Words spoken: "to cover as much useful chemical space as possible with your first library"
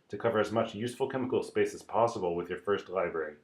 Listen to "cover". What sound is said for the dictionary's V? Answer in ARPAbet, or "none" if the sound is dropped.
V